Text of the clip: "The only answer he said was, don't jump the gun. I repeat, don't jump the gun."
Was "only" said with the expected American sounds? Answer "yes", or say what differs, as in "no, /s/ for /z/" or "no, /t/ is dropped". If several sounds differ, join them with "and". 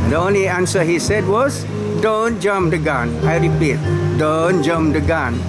yes